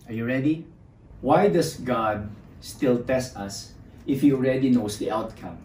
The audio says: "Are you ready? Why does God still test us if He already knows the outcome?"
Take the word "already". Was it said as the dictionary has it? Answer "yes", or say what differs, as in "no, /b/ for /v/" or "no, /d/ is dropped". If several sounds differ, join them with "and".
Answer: yes